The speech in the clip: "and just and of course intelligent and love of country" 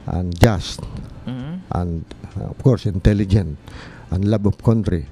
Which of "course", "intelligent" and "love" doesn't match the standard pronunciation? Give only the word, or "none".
love